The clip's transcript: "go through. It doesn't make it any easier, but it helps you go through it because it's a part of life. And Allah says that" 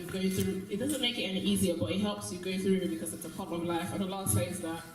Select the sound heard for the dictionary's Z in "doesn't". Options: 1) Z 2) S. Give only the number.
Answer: 1